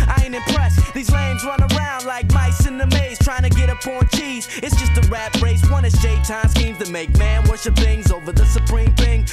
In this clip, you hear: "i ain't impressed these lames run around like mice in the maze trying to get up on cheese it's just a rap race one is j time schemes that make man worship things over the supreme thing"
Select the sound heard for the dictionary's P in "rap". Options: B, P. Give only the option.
B